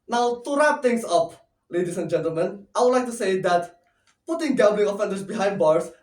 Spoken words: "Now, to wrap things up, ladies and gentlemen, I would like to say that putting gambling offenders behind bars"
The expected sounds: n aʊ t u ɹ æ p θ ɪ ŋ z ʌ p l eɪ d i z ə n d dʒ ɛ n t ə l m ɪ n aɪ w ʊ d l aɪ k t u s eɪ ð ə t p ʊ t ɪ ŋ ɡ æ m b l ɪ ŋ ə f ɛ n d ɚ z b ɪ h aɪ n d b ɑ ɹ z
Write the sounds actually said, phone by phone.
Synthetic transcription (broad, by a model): n aʊ t u ɹ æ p t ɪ ŋ s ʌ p l eɪ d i s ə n dʒ ɛ n t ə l m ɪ n aɪ w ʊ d l aɪ k t u s eɪ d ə t p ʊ t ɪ ŋ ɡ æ b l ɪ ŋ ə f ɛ n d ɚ s b ɪ h aɪ n d b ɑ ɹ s